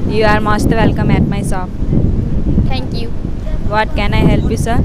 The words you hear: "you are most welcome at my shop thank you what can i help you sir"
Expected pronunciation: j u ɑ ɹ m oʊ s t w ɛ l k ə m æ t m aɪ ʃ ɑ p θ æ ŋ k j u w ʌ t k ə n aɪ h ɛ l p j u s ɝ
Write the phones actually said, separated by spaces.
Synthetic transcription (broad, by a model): j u ɑ ɹ m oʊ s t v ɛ l k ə m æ t m aɪ s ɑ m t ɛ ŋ k j u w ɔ t k ə n aɪ h ɛ l p j u s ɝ